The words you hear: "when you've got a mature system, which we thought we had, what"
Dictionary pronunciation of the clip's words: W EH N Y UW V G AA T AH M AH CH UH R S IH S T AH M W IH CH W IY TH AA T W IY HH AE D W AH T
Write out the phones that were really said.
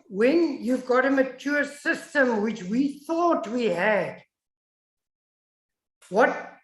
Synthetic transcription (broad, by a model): W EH N Y UW V G AA T AH M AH CH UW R S IH S T AH M W IH CH W IY TH AA T W IY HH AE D W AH T